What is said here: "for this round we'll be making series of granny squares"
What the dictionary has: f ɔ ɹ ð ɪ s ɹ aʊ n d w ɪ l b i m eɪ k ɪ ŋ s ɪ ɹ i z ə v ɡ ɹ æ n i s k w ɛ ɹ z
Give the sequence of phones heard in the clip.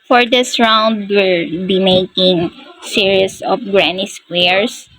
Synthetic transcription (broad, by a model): f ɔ ɹ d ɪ s ɹ aʊ n d w ɪ l b i m eɪ k ɪ ŋ s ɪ ɹ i s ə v ɡ ɹ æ n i s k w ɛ ɹ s